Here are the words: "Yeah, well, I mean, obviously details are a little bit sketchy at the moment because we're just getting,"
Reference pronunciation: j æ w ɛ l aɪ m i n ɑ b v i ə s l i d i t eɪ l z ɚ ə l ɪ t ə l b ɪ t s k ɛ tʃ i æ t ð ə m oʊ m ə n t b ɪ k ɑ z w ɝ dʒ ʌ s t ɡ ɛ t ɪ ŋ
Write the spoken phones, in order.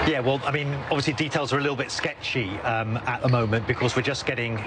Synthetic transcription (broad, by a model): j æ w ɛ l aɪ m i n ɑ b v i ə s l i d i t eɪ l z ɚ ə l ɪ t l b ɪ t s k ɛ tʃ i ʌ t ð ə m oʊ m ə n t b ɪ k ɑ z w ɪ dʒ ʌ s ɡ ɛ t ɪ ŋ